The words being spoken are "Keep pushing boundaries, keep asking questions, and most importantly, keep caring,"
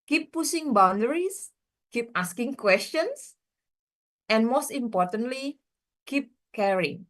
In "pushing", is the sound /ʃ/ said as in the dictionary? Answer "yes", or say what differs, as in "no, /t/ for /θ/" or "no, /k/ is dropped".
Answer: no, /s/ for /ʃ/